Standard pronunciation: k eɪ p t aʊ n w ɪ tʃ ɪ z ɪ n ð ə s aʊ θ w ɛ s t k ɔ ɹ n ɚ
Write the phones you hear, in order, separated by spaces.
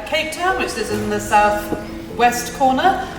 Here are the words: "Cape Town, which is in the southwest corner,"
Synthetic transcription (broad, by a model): k eɪ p t aʊ n w ɪ tʃ ɪ z ɪ n ð ə s aʊ θ w ɛ s t k ɔ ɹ n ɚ